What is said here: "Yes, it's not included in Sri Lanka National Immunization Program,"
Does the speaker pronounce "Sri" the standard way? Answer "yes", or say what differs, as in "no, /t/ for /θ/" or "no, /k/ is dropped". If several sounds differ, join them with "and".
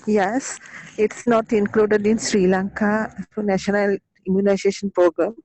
yes